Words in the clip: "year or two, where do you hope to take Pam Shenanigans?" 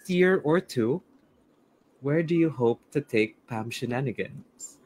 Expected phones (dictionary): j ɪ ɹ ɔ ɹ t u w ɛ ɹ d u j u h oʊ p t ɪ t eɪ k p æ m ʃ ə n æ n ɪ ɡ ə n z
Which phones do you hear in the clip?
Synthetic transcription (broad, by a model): j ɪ ɹ ɔ ɹ t u w ɛ ɹ d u j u h oʊ p t ɪ t eɪ k p æ m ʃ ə n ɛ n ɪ ɡ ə n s